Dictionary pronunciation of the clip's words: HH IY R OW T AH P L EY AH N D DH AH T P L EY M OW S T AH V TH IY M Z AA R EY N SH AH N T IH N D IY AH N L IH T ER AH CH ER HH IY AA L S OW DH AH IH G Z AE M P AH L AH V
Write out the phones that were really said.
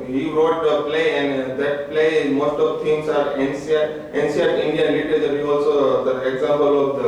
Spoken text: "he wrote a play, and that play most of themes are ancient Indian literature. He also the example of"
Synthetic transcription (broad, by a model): HH IY R OW T AH P L EY AH N D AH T P L EY M OW S T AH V T IY M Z AA R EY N S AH N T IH N D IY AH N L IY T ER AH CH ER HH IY AA L S OW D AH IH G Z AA M P AH L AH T